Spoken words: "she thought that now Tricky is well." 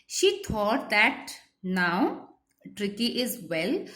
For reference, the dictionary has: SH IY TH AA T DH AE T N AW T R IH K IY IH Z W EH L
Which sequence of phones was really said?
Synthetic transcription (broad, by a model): SH IY T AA T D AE T N AW T R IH K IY IH Z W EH L